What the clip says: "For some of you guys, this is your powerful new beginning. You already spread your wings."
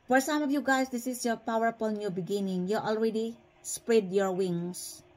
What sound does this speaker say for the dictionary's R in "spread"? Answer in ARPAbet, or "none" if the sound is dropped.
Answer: R